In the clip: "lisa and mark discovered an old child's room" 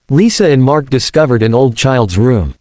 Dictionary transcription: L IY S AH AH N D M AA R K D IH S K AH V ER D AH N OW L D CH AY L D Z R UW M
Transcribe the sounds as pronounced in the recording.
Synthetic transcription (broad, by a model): L IY S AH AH N M AA R K D IH S K AH V ER D AH N OW L D CH AY L D Z R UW M